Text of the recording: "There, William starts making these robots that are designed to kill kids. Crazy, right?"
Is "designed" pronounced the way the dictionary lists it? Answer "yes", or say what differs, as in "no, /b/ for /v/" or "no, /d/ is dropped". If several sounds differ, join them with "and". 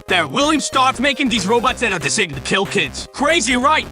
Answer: no, /s/ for /z/